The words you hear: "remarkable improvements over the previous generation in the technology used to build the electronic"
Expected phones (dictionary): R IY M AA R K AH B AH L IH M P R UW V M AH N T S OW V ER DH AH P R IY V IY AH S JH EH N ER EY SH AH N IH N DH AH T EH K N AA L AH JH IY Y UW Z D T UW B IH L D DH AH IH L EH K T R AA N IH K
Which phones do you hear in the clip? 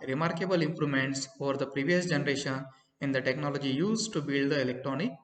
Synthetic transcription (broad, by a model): R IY M AA R K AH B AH L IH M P R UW M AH N T S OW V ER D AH P R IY V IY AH S JH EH N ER EY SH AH N IH N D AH T EH K N AA L AH JH IY Y UW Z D T UW B IH L D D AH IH L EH K T R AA N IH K